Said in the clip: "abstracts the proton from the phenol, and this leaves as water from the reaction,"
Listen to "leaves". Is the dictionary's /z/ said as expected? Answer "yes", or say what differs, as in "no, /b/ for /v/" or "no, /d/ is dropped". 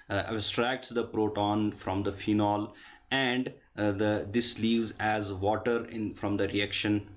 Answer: yes